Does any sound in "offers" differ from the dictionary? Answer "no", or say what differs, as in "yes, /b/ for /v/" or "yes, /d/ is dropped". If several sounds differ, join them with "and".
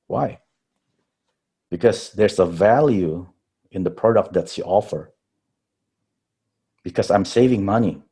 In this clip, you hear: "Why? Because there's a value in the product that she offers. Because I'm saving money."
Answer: yes, /z/ is dropped